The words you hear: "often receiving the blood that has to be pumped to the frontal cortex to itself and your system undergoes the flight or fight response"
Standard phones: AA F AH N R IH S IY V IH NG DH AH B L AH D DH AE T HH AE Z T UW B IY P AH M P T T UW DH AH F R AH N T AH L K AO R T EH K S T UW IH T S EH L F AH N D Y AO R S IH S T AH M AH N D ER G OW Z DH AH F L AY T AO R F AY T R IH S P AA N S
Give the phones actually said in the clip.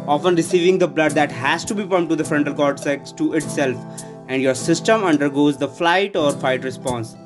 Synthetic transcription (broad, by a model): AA F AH N R IH S IY V IH NG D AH B L AH D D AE T HH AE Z T UW B IY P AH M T T UW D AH F R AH N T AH L K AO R S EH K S T UW IH T S EH L F AH N D Y AO R S IH S T AH M AH N D ER G OW Z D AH F L AY T AO R F AY T R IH S P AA N S